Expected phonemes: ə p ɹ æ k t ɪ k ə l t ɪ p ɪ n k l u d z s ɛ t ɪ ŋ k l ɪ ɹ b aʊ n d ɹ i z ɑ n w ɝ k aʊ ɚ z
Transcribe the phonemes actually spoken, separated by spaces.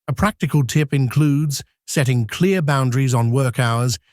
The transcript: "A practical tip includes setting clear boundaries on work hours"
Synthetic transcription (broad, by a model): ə p ɹ æ k t ɪ k ə l t ɪ p ɪ n k l u d z s ɛ t ɪ ŋ k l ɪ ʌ b aʊ n d ɹ i z n w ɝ k aʊ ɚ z